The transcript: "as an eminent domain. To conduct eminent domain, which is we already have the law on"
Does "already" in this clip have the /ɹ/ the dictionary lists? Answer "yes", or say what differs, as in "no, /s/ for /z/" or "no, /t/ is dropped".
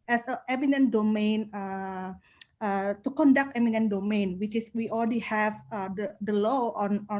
no, /l/ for /ɹ/